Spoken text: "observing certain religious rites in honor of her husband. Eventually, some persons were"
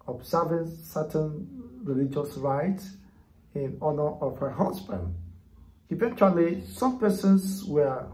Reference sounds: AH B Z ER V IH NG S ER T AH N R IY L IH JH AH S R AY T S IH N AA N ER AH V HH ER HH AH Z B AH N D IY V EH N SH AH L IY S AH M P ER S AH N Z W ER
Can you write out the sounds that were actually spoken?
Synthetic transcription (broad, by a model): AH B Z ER V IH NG S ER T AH N R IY L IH JH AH S R AY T IH N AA N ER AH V HH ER HH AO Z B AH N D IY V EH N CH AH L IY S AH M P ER S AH N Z W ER